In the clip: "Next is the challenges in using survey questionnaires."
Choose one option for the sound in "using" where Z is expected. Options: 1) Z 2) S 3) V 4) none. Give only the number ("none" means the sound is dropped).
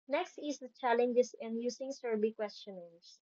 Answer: 2